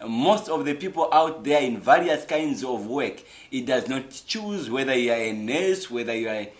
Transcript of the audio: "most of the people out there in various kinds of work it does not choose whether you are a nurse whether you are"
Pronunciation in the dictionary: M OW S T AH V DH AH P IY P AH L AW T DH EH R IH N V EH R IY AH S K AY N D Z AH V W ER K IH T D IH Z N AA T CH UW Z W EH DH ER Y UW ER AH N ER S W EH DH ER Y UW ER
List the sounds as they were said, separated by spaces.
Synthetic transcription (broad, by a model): M OW S T AH V DH AH P IY P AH L AW T DH EH R IH N V EH R IY AH S K AY N D Z AH V W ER K IH T D IH Z N AA T CH UW Z W EH DH ER Y UW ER AH N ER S W EH DH ER Y UW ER